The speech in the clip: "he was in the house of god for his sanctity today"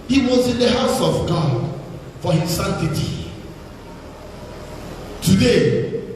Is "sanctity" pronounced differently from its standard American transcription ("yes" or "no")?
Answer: yes